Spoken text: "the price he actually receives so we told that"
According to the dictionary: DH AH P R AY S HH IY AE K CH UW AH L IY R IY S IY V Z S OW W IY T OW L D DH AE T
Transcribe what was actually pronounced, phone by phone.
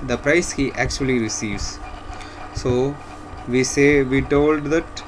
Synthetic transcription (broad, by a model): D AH P R AY S HH IY AE K CH UW AH L IY R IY S IY V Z S OW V IY T OW L D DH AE T